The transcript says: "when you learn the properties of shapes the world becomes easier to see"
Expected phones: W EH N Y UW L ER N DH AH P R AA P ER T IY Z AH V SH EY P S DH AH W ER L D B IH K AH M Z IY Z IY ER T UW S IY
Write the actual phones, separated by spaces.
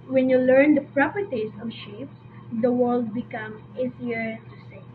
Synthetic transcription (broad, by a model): W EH N Y UW L ER N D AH P R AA P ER T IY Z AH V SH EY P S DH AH W ER L D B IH K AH M IY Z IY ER T UW S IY